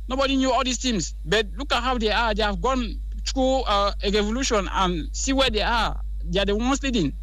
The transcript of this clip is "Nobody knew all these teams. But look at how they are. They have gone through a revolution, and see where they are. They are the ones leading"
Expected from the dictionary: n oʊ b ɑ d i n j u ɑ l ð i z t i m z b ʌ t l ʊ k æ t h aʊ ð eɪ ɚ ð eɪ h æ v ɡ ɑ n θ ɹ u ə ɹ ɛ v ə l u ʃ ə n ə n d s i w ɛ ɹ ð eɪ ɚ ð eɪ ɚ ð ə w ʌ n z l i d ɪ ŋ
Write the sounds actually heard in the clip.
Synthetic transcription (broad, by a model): n oʊ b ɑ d i n j u ɑ l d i s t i m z b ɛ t l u k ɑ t h aʊ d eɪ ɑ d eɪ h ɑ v ɡ ɑ n t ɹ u ɹ ɛ v ə l u ʃ ə n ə n s i w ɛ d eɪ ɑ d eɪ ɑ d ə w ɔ n s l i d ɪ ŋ